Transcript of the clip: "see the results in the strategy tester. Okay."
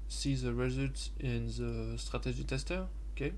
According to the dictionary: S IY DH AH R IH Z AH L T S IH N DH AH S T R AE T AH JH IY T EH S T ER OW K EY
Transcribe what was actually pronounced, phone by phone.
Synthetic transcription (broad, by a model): S IY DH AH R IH Z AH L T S IH N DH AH S T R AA T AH ZH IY T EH S T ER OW K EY